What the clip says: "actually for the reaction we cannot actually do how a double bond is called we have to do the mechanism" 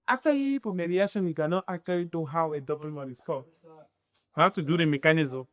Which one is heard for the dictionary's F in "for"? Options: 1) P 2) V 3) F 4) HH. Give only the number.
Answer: 1